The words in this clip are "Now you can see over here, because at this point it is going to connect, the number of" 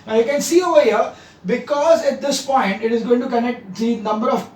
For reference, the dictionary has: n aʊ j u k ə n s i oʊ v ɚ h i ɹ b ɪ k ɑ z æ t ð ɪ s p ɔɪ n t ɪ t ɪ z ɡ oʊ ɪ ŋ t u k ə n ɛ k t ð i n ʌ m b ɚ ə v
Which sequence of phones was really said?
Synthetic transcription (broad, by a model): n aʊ j u k ə n s i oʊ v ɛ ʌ b ɪ k ɑ z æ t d ɪ s p ɔɪ n t ɪ t ɪ z ɡ oʊ ɪ ŋ t u k ə n ɛ k t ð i n ʌ m b ɚ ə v